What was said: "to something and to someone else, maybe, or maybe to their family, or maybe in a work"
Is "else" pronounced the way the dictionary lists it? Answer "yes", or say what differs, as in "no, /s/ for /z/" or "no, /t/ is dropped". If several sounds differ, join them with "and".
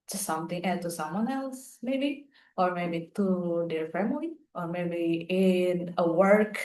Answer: yes